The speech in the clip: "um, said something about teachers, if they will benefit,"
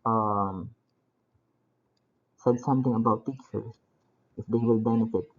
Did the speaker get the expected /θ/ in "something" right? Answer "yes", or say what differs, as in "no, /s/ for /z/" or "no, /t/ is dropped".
no, /t/ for /θ/